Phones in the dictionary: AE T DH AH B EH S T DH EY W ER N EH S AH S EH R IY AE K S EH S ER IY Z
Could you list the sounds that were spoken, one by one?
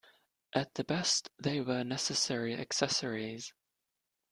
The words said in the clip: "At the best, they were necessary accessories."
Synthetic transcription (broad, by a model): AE T DH AH B EH S T DH EY W ER N EH S AH S EH R IY AE K S EH S ER IY Z